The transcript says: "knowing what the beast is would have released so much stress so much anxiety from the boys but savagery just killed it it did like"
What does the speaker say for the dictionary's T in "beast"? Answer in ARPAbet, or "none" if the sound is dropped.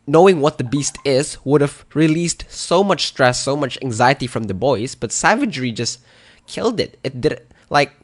T